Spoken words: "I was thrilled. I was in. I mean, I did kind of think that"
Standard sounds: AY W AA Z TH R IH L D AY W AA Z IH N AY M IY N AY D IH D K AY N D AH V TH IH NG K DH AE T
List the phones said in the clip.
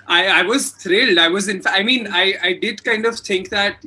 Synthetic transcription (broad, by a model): AY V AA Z T R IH L D AY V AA Z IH N AY M IY N AY D IH D K AY N D AH V T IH NG K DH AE T